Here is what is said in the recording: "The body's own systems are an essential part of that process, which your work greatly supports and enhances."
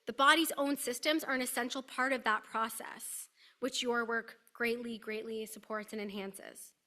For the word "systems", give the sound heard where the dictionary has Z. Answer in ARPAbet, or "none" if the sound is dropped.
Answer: Z